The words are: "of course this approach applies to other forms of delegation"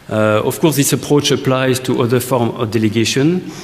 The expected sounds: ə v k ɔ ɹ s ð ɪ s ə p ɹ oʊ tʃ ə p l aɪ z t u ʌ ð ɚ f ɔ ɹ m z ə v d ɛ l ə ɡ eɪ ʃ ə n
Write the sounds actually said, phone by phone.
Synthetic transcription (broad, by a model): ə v k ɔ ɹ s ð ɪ s ə p ɹ oʊ tʃ ə p l aɪ z t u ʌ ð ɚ f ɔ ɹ m ə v d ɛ l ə ɡ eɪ ʃ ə n